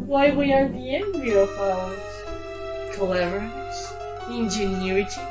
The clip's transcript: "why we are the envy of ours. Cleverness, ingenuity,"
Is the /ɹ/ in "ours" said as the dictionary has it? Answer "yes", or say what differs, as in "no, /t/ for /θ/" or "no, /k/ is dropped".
no, /l/ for /ɹ/